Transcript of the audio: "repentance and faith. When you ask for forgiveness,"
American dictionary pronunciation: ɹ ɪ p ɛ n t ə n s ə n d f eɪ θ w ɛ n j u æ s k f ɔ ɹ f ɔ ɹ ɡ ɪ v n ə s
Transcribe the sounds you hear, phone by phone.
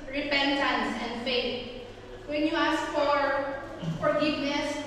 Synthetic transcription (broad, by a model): ɹ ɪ p ɛ n t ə n s ə n d f eɪ t w ɛ n j u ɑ s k f ɔ ɹ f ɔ ɹ ɡ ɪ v n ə s